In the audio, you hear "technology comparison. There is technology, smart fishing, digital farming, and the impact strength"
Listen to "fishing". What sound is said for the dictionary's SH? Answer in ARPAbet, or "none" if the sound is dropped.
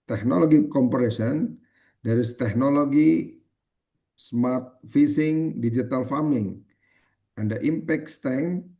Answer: S